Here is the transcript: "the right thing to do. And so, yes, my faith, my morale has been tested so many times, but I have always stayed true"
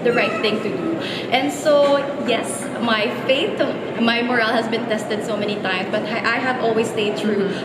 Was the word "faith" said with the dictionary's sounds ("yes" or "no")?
no